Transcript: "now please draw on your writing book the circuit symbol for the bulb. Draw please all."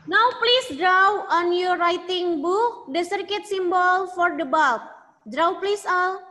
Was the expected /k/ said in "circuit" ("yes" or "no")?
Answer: yes